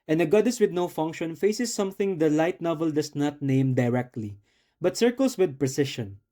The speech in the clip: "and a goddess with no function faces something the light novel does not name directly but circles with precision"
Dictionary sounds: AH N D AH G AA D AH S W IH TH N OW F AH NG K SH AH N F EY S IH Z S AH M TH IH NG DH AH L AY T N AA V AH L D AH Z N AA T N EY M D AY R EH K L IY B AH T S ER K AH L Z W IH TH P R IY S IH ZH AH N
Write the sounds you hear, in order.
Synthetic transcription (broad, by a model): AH N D AH G AA D AH S W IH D N OW F AH NG K SH AH N F EY S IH S AH M TH IH NG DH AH L AY T N AA V AH L D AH S N AA T N EY M D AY R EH K L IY B AH T S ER K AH L S W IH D P R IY S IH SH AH N